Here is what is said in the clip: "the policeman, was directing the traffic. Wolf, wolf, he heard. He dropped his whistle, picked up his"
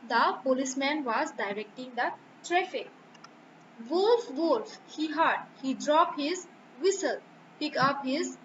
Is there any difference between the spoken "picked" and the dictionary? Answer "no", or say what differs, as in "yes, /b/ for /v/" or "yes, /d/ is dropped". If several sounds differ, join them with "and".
yes, /t/ is dropped